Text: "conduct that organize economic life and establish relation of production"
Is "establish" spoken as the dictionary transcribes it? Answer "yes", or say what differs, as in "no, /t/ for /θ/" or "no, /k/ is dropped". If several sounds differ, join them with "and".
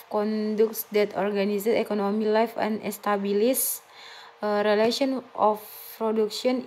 no, /s/ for /ʃ/